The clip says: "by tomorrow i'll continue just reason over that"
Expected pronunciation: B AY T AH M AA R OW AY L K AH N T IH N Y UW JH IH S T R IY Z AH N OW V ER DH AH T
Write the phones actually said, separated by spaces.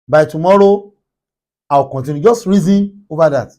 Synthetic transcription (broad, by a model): B AY T AH M AA R OW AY W K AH N T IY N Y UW JH IH S T R IY Z AH N OW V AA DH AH T